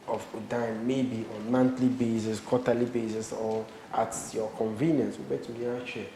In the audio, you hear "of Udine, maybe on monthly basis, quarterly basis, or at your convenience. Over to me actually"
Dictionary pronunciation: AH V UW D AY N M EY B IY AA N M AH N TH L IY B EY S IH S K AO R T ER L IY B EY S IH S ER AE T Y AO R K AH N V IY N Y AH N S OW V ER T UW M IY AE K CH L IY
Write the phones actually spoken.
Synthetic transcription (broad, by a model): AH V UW D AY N M EY B IY AA N M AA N T L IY B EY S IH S K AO T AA L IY B EY S IH S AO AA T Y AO K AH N V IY N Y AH N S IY B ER T UW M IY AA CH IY